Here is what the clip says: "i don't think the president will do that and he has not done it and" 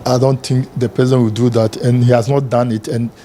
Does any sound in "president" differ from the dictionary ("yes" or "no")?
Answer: yes